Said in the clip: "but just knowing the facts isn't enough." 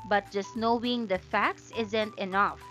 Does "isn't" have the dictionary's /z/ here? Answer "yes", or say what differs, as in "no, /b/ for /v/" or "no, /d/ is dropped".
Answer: yes